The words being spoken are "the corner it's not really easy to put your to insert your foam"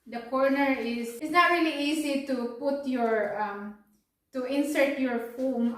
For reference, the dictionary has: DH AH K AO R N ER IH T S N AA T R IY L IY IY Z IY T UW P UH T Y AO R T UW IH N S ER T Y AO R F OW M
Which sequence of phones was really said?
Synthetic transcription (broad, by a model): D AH K AO R N ER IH S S N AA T R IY L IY IY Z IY T UW P UH T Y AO R T UW IH N S ER T Y AO R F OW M